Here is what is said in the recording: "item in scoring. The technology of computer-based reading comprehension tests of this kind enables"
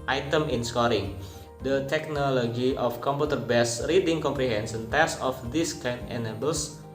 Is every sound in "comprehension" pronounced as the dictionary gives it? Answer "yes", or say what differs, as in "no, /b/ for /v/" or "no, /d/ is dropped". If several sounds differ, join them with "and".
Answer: no, /s/ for /ʃ/